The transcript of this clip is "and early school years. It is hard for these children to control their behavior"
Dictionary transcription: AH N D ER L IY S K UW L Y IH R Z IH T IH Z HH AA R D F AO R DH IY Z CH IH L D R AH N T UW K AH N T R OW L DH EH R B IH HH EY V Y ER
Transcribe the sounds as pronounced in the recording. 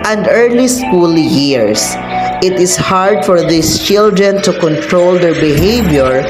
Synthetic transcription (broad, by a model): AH N D ER L IY S K UW L Y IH R S IH T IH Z HH AA R D F AO R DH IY S CH IH L D R AH N T UW K AH N T R OW L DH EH R B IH HH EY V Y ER